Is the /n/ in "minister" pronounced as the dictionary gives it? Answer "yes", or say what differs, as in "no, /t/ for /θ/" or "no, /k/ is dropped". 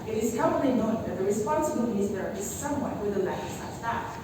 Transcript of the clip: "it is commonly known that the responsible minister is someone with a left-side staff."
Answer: no, /n/ is dropped